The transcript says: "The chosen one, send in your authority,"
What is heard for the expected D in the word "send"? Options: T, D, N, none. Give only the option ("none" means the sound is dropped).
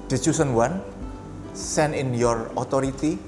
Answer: none